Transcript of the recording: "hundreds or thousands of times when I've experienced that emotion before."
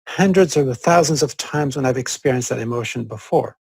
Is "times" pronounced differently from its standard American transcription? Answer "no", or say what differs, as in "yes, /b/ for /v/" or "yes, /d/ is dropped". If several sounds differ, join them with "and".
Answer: no